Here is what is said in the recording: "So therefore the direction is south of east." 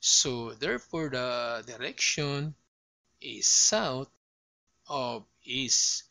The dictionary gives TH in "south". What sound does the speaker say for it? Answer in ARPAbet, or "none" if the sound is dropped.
T